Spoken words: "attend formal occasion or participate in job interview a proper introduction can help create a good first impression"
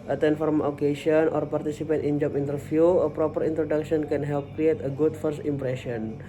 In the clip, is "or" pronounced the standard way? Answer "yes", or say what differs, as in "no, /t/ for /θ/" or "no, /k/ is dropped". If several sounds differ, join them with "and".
yes